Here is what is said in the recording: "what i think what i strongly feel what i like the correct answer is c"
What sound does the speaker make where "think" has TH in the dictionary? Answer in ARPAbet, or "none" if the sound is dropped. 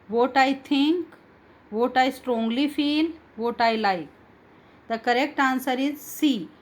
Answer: T